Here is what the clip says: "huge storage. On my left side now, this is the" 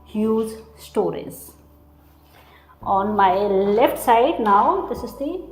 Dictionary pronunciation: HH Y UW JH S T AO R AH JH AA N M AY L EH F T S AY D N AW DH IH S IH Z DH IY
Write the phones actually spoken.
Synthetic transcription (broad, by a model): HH Y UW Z S T AO R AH Z AA N M AY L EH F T S AY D N AW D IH S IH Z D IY